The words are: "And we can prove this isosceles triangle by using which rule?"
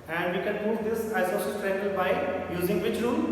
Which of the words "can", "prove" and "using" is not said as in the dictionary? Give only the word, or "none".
prove